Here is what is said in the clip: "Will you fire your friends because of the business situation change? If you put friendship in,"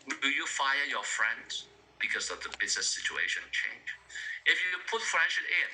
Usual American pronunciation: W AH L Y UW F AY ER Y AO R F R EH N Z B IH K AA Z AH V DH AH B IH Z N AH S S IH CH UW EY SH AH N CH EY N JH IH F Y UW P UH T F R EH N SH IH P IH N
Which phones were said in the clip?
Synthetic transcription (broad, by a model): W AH Y UW F AY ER Y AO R F R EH N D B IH K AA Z AH V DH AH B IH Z N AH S S IH CH UW EY SH AH N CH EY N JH IH F Y UW P UH T F R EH SH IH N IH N